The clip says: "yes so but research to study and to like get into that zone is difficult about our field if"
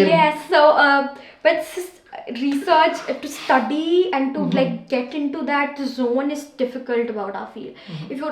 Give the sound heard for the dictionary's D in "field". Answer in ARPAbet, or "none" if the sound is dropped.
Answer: none